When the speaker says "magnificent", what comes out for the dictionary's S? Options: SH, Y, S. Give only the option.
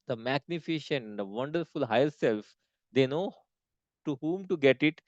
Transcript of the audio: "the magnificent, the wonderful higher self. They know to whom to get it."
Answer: SH